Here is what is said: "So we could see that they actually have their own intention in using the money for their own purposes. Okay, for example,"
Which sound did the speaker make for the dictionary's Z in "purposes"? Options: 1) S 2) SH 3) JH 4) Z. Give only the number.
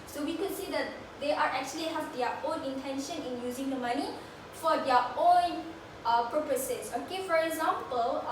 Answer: 1